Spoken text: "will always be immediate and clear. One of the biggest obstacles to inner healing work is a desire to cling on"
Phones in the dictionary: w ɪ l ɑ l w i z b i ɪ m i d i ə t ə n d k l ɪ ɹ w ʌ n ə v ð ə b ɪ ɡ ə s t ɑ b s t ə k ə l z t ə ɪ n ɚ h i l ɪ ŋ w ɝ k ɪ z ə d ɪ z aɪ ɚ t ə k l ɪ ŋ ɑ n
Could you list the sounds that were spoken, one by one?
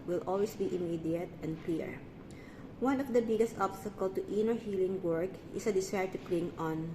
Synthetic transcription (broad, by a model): w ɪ l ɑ l w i s b i ɪ m i d i ə t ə n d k l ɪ ɹ w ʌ n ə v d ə b ɪ ɡ ə s t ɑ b s t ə k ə l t t ə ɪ n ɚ h i l ɪ ŋ w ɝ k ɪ s ə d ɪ s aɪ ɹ t ə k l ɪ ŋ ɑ n